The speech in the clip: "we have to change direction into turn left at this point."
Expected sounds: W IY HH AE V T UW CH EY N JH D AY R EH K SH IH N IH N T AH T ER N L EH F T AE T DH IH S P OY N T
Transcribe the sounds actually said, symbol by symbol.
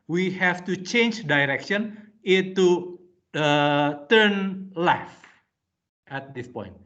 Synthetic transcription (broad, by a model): W IY HH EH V T UW CH EY N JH D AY R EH K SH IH N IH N T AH T ER N L EH F T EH T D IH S P OY N T